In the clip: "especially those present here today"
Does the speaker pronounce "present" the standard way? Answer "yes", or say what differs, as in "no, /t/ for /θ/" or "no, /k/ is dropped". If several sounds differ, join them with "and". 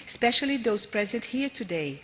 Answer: yes